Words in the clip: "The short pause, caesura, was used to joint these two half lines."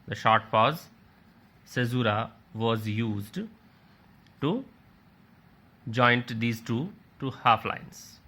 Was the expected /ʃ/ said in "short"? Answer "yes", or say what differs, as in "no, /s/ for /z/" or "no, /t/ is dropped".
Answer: yes